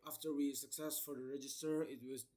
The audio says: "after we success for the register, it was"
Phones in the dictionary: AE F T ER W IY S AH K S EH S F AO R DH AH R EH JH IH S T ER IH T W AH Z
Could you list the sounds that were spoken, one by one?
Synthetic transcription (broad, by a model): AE F T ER W IY S AH K S EH S F AO R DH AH R EH JH IH S T ER IH T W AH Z